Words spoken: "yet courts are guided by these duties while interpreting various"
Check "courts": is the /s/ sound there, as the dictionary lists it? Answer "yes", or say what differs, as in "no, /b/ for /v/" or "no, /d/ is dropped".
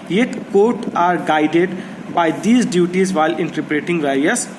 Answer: no, /s/ is dropped